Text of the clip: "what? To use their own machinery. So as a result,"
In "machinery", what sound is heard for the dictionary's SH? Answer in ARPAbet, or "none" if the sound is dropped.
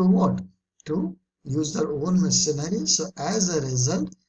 S